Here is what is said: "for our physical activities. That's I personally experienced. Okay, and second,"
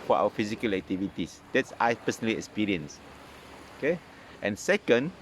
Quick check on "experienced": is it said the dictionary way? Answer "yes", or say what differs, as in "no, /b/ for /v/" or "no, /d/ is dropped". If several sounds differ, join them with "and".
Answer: no, /t/ is dropped